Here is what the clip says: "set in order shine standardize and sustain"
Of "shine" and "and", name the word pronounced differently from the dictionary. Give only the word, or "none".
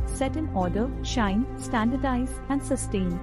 none